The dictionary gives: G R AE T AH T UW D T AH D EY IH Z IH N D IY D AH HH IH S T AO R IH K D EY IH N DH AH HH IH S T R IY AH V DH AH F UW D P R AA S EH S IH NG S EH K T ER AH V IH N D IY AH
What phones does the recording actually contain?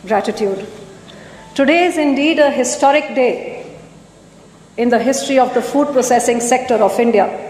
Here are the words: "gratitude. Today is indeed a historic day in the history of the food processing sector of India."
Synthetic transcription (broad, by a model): G R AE T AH T UW D T AH D EY IH Z IH N D IY D AH HH IH S T AO R IH K D EY IH N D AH HH IH S T R IY AH V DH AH F UW D P R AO S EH S IH NG S EH K T ER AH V IH N D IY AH